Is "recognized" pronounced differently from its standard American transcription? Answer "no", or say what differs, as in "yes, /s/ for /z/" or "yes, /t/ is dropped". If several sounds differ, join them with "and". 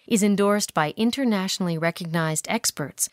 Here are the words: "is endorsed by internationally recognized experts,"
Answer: no